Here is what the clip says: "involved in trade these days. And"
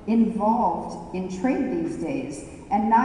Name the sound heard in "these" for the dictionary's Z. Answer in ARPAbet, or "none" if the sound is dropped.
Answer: Z